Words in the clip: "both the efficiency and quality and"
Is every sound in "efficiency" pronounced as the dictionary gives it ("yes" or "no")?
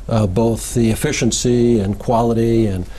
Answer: yes